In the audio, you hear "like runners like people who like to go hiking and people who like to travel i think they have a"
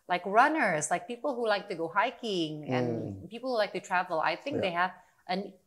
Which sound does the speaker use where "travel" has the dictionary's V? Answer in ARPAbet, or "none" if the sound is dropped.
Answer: V